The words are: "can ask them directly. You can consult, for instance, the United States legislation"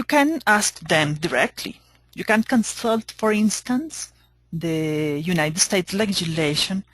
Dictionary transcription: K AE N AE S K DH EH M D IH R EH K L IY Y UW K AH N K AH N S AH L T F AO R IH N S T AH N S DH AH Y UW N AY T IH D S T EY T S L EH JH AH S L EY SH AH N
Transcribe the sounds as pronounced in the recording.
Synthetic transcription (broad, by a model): K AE N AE S K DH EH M D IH R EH K L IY Y UW K AH N K AH N S AH L T F AO R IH N S T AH N S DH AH Y UW N AY T IH D S T EY T S L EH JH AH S L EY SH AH N